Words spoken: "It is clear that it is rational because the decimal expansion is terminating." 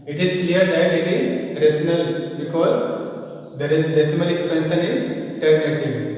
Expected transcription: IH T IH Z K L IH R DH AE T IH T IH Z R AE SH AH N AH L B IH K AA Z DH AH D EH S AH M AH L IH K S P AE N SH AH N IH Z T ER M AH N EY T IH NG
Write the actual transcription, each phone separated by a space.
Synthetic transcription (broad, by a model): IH T IH Z K L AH R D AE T IH T IH Z R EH S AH N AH L B IH K AA Z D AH D EH S AH M AH L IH K S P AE N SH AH N IH Z T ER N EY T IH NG